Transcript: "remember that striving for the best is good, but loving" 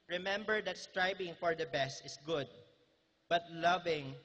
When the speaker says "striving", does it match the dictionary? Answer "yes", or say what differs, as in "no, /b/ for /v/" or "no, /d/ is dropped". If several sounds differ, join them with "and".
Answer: no, /b/ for /v/